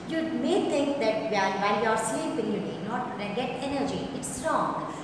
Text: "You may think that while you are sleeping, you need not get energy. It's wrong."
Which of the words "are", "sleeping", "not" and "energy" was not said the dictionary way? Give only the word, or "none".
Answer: sleeping